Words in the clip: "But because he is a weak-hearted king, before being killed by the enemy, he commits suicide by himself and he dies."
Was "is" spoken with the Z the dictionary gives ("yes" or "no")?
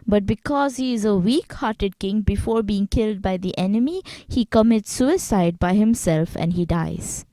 yes